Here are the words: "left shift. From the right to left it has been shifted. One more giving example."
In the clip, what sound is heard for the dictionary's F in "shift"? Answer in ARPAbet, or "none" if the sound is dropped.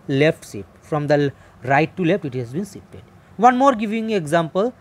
none